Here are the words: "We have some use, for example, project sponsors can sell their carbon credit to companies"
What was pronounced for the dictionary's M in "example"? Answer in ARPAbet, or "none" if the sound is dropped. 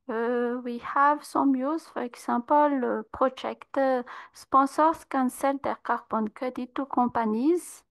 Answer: none